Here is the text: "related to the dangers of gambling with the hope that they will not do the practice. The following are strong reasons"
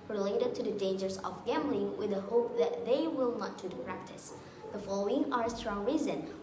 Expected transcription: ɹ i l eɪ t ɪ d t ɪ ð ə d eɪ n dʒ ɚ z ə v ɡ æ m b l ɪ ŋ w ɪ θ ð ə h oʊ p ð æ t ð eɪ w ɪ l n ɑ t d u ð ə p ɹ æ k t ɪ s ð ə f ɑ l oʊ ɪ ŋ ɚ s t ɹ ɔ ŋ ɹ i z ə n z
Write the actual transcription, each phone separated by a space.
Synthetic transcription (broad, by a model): ɹ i l eɪ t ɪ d t ɪ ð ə d eɪ n dʒ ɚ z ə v ɡ æ m b l ɪ ŋ w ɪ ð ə h oʊ p ð æ t ð eɪ w ɪ l n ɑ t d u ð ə p ɹ æ k t ɪ s ð ə f ɑ l oʊ ɪ ŋ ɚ s t ɹ ɔ ŋ ɹ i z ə n